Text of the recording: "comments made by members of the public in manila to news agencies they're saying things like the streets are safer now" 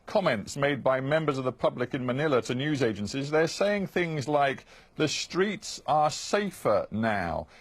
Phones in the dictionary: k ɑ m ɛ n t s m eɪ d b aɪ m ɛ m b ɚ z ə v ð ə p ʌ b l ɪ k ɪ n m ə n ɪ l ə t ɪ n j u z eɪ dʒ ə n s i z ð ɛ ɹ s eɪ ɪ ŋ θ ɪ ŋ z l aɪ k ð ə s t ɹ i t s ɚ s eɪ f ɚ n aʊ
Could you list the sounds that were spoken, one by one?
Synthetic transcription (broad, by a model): k ɑ m ɛ n t s m eɪ d b aɪ m ɛ m b ɚ z ə v ð ə p ʌ b l ɪ k ɪ n m ə n ɪ l ə t ɪ n j u z eɪ dʒ ə n s i z ð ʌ ɹ s eɪ ɪ ŋ θ ɪ ŋ z l aɪ k ð ə s t ɹ i t s ɚ s eɪ f ɚ n aʊ